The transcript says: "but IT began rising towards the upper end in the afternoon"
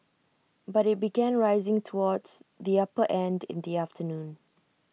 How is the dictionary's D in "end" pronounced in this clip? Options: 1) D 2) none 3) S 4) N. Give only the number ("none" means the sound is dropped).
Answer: 1